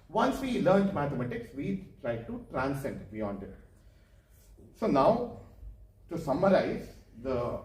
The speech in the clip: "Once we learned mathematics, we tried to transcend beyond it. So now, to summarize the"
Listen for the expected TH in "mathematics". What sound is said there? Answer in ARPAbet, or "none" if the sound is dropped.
T